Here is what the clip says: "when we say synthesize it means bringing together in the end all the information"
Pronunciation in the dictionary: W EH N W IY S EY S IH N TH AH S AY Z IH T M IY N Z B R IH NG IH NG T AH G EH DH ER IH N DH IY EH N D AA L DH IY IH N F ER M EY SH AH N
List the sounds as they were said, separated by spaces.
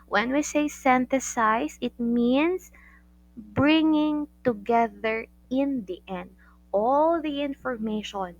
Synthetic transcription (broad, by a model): W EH N W IY S EY S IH N T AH S AY S IH T M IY N S B R IH NG IH NG T AH G EH DH ER IH N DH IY EH N D AA L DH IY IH N F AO M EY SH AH N